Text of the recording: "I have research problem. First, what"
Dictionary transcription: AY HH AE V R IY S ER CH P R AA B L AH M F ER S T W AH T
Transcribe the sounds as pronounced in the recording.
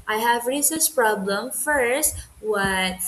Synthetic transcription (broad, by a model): AY HH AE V R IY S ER S P R AA B L AH M F ER S T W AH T